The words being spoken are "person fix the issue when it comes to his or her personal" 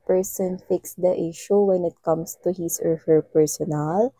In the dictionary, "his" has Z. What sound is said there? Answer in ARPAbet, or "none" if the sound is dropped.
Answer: S